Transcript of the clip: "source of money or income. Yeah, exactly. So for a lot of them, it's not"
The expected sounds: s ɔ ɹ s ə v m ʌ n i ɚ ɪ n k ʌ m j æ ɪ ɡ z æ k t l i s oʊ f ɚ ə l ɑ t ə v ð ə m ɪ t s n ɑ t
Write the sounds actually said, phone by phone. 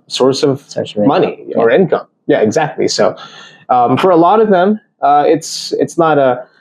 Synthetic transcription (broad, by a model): s ɔ ɹ s ə v m ʌ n i ɚ ɪ n k ʌ m j æ ɪ ɡ z æ k t l i s oʊ f ɚ ə l ɑ t ə v ð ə m ɪ t s n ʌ t